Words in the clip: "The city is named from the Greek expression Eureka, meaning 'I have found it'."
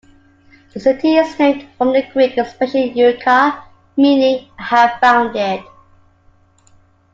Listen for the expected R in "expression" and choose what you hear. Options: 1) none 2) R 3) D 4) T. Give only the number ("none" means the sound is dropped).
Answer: 1